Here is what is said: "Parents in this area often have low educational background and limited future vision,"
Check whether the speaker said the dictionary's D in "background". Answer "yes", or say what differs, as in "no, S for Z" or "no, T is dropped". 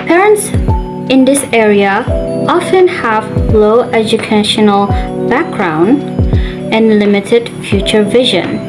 yes